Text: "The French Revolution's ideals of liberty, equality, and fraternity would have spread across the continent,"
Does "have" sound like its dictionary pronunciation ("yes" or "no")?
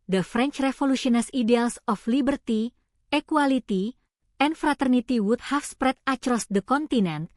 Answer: no